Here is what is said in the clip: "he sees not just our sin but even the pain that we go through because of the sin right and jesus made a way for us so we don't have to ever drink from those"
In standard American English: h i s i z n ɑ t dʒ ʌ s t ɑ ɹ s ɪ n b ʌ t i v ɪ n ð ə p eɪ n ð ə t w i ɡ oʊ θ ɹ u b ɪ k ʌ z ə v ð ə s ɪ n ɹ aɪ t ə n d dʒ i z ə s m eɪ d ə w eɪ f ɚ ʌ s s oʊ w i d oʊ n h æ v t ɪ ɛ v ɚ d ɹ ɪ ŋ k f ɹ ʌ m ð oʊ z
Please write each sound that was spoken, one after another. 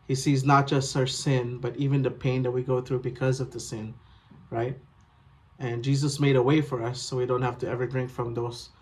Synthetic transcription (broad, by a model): h i s i z n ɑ t dʒ ʌ s t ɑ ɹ s ɪ n b ʌ t i v ɪ n ð ə p eɪ n ð ə t w i ɡ oʊ θ ɹ u b ɪ k ʌ z ə v ð ə s ɪ n ɹ aɪ t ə n dʒ i z ə s m eɪ d ə w eɪ f ɚ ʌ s s oʊ w i d oʊ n h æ f t ɪ ɛ v ɚ d ɹ ɪ ŋ k f ɹ ʌ m ð oʊ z